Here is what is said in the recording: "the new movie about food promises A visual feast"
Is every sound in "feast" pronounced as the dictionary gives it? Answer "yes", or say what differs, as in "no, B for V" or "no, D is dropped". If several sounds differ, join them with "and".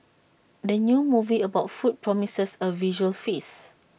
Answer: no, T is dropped